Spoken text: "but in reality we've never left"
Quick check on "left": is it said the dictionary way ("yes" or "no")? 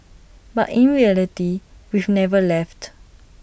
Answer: yes